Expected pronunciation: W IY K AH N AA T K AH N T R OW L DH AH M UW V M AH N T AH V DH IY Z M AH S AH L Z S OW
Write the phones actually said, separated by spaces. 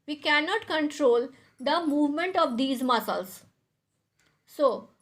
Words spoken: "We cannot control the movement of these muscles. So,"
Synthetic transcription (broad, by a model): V IY K AH N AA T K AH N T R OW L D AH M UW V M AH N T AH V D IY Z M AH S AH L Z S OW